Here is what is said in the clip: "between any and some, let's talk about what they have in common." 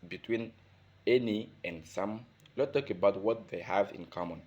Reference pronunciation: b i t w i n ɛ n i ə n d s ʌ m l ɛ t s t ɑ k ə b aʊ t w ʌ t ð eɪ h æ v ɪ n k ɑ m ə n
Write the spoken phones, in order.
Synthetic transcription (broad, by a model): b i t w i n ɛ n i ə n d s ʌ m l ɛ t t ɑ k ə b aʊ t w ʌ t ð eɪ h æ v ɪ n k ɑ m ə n